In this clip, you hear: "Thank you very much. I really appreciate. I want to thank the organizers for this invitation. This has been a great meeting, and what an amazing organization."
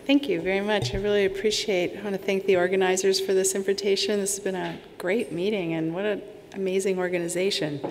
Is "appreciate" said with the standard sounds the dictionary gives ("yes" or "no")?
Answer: yes